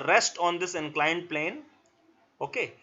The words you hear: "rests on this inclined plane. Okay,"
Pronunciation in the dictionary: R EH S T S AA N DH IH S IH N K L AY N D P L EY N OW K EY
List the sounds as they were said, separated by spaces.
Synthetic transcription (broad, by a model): R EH S T AA N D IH S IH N K L AY N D P L EY N OW K EY